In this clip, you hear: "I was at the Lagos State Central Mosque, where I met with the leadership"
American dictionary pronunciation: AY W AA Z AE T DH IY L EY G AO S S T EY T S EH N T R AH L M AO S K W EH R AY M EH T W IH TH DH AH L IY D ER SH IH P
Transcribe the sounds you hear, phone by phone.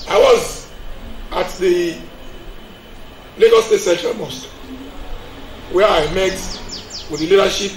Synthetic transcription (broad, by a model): AY W AA Z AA T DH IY L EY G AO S S T EY T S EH T AH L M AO S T W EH AY M EH T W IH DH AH L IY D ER SH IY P